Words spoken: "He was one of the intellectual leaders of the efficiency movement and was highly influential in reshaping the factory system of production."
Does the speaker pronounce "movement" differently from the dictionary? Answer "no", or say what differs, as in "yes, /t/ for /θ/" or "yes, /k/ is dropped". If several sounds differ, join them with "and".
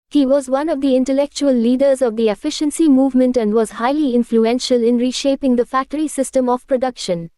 no